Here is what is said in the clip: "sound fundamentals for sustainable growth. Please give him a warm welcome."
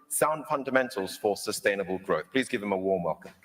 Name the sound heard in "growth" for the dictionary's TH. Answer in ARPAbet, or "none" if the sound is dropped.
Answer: TH